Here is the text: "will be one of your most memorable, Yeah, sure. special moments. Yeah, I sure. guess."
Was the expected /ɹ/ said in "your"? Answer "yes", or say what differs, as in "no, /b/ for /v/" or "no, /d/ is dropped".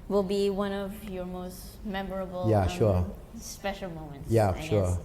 yes